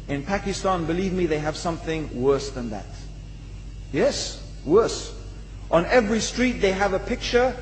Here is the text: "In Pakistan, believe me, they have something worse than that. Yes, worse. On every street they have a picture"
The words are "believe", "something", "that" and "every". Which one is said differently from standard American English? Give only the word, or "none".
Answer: none